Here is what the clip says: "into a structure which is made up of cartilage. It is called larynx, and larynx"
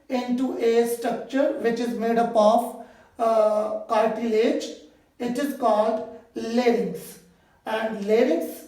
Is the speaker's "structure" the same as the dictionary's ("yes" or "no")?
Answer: yes